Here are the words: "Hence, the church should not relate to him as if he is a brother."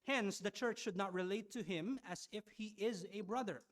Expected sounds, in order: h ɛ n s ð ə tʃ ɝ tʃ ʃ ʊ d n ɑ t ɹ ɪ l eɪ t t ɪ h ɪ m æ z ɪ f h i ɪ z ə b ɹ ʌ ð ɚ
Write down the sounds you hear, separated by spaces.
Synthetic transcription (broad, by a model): h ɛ n s ð ə tʃ ɝ tʃ ʃ ʊ d n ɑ t ɹ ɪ l eɪ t t ɪ h ɪ m æ z ɪ f h i ɪ z ə b ɹ ʌ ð ɚ